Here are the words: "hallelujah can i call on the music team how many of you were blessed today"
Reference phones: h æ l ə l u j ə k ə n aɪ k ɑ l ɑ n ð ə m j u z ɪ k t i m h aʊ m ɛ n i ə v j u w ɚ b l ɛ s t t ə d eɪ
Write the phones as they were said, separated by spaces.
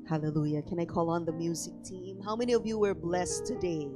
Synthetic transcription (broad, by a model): h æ l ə l u j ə k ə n aɪ k ɑ l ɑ n ð ə m j u z ɪ k t i m h aʊ m ɛ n i ə v j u w ɚ b l ɛ s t t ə d eɪ